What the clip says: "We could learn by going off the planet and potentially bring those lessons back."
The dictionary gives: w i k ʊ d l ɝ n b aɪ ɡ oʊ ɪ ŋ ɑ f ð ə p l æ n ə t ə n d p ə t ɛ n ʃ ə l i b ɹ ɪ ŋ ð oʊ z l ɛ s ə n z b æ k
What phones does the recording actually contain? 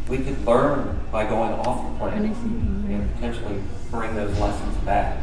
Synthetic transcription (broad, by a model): w i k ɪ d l ɝ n b aɪ ɡ oʊ ɪ ŋ ɑ f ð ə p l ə ə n p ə t ɛ n ʃ l i b ɹ ɪ ŋ ð oʊ z l ɛ s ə n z b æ k